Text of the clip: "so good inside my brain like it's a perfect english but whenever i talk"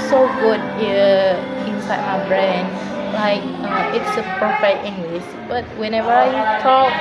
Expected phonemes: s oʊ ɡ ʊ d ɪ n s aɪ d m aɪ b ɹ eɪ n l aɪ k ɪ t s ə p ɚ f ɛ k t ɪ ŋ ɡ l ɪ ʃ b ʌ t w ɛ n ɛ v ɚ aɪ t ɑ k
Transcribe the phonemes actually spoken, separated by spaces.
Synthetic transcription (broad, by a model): s oʊ ɡ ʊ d ɪ n s aɪ d m aɪ b ɹ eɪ n l aɪ k ɪ t s ə p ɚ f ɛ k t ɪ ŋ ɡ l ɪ s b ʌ t w ɛ n ɛ v ɚ aɪ t ɑ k